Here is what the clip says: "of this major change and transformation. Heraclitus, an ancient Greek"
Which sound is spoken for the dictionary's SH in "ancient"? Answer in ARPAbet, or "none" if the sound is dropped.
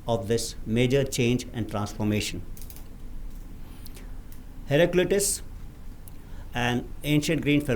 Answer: SH